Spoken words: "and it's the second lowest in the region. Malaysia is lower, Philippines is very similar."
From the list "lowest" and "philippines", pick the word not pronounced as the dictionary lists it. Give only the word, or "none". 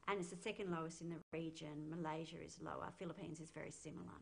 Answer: none